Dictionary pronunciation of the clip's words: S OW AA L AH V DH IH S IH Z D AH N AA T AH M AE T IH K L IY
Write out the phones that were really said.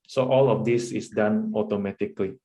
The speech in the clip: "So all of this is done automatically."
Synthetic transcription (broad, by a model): S OW AA L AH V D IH S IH S D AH N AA T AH M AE T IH K L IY